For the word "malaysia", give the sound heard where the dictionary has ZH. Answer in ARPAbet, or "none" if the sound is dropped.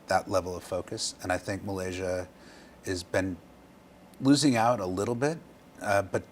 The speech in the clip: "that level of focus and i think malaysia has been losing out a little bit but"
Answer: ZH